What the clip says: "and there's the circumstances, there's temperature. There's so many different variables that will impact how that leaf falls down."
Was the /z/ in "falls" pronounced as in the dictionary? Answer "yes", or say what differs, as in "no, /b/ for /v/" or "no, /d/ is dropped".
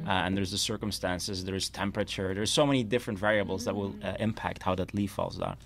yes